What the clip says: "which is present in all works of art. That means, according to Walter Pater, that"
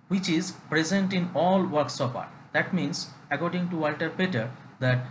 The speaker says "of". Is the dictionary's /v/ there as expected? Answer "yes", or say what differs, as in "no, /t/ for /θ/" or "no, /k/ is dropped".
no, /p/ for /v/